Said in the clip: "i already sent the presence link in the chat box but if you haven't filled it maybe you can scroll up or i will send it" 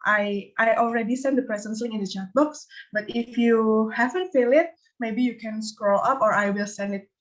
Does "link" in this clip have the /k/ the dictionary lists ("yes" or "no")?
no